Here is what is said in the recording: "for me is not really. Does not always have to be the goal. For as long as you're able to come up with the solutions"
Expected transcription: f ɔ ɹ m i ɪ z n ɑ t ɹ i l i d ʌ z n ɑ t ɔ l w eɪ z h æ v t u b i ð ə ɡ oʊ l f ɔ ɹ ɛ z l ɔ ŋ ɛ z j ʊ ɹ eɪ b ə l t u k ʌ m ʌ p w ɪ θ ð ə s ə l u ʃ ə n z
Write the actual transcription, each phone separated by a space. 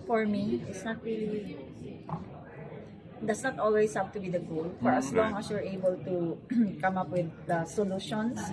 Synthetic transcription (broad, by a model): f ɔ ɹ m i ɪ s n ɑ t ɹ i l i d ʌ s n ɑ t ɔ l w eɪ s h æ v t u b i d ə ɡ oʊ l f ɔ ɹ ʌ s l ɔ ŋ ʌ s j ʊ ɹ eɪ b ə l t u k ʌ m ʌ p w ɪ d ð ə s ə l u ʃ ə n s